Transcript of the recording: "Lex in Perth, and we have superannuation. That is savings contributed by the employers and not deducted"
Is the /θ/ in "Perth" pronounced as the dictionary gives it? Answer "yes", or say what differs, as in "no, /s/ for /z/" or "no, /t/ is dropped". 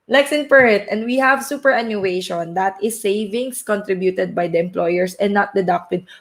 no, /t/ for /θ/